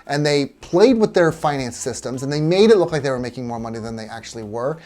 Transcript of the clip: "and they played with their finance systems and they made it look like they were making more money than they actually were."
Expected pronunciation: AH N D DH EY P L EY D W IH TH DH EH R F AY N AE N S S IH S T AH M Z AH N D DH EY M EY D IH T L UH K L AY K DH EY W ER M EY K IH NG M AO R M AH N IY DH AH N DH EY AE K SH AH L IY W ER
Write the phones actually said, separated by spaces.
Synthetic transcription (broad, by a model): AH N DH EY P L EY D W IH DH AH R F AY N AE N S S IH S T AH M Z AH N DH EY M EY D IH T L UH K L AY K DH EY W ER M EY K IH NG M AO R M AH N IY DH AH N DH EY AE K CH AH L IY W ER